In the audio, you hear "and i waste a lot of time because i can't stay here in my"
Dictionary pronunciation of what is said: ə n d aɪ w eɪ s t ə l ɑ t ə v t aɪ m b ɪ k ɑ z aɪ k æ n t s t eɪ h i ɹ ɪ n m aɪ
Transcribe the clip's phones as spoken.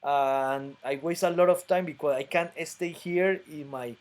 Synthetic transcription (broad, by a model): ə n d aɪ w eɪ s t ə l ɑ t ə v t aɪ m b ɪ k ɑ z aɪ k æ n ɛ s t eɪ h i ɹ ɪ n m aɪ